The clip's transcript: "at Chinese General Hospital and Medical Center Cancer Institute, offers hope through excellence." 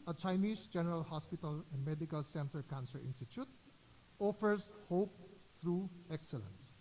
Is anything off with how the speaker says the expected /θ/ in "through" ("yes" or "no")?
yes